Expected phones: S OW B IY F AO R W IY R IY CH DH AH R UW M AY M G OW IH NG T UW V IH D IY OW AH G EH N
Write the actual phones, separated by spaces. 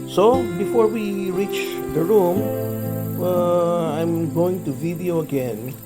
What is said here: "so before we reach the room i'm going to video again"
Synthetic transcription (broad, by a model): S OW B IY F AO R W IY R IY CH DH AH R UW M AY M G OW IH NG T UW V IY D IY OW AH G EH N